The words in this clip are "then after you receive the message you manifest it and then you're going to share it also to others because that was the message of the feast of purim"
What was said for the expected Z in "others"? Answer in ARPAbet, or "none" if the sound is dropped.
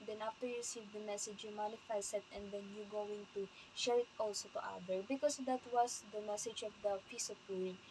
none